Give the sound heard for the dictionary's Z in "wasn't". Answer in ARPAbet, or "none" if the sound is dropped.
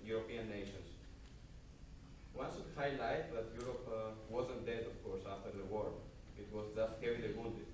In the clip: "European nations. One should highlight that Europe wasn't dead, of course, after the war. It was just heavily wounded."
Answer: Z